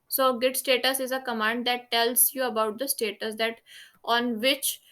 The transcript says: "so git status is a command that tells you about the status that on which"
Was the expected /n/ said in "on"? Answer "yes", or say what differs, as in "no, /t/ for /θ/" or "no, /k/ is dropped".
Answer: yes